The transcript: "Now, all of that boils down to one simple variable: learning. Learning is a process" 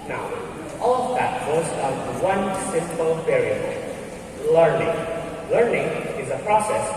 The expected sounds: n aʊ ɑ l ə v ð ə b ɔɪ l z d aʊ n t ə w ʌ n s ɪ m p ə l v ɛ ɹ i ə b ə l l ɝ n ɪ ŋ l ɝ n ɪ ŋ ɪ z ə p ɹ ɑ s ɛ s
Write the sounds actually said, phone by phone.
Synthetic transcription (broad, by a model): n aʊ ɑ l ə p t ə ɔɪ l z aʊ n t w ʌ n s ɪ m p ə l p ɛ ɹ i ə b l l ɝ n ɪ ŋ l ɝ n ɪ ŋ ɪ z ə p ɹ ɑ s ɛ s